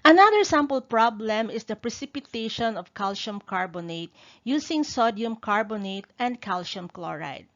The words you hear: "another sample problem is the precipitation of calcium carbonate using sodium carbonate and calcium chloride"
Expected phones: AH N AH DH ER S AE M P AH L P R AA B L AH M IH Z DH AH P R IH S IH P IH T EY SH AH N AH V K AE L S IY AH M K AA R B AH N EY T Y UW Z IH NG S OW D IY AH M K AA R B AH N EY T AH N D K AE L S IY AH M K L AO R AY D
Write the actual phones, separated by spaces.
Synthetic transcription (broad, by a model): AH N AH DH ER S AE M P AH L P R AA B L AH M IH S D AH P R IH S IH P IH T EY SH AH N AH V K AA L SH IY M K AA R B AH N EY T Y UW S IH NG S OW D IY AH M K AA R B AH N EY T AH N D K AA L SH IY M K L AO R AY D